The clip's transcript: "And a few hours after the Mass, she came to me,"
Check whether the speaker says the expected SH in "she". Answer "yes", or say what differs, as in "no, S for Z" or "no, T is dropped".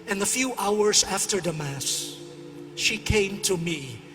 yes